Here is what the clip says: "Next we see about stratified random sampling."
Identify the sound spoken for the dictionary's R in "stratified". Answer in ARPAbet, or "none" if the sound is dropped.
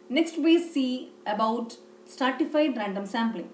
none